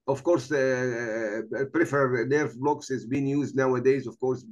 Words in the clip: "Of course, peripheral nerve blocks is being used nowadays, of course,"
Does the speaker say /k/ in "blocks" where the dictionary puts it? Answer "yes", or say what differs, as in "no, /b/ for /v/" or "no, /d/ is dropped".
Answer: yes